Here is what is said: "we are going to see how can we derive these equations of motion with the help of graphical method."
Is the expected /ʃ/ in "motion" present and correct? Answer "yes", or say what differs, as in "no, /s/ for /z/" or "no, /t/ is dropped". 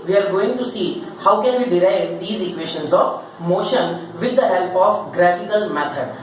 yes